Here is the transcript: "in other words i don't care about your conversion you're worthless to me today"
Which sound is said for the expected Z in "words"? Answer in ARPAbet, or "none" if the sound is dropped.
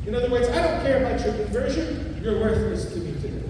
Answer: Z